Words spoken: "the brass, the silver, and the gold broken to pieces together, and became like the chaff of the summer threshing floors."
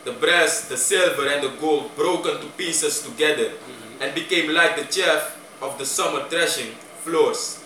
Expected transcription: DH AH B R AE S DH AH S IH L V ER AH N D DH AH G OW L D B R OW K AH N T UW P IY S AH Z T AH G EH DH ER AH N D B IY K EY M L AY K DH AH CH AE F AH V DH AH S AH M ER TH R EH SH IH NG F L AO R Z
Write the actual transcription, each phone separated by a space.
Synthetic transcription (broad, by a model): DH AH B R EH S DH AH S IH L V ER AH N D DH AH G OW L D B R OW K AH N T UW P IY S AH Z T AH G EH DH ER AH N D B IY K EY M L AY K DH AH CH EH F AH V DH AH S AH M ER T R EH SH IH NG F L AO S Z